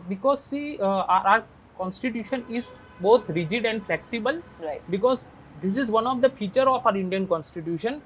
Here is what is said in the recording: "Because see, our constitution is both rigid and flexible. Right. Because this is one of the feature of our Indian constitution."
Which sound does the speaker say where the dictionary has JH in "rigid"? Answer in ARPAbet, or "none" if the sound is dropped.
JH